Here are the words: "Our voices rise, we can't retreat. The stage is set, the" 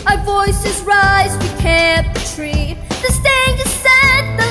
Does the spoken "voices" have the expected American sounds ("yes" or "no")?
yes